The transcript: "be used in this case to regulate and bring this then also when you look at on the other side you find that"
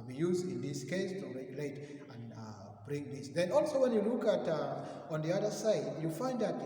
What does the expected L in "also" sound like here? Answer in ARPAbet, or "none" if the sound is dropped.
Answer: L